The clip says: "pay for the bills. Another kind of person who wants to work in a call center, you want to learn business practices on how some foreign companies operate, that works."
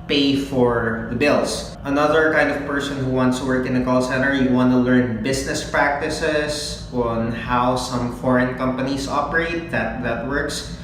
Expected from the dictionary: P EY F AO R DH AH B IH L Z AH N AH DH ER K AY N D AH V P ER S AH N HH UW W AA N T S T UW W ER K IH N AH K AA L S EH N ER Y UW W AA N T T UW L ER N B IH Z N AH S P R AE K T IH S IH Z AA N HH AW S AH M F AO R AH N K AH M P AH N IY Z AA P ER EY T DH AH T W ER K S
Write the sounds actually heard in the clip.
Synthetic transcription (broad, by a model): P EY F AO R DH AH B IH L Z AH N AH DH ER K AY N D AH V P ER S AH N HH UW W AA N T S T UW W ER K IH N AH K AA L S EH N ER Y UW W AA N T T UW L ER N B IH S N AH S P R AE K T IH S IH S AA N HH AW S AH M F AO R AH N K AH M P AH N IY S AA P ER EY T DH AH T W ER K S